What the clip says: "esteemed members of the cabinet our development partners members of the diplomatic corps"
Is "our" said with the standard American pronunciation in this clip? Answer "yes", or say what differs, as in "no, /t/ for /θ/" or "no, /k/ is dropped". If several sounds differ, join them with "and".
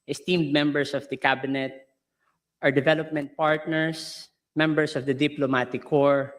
yes